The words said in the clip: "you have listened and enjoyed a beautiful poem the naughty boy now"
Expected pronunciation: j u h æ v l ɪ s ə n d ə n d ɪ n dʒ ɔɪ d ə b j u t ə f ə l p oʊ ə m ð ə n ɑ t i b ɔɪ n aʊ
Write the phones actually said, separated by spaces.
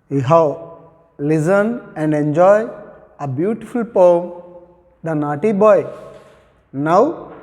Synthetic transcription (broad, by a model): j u h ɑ w l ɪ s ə n ə n d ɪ n dʒ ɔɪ ə b j u t ə f ə l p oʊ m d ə n ɑ t i b ɔɪ n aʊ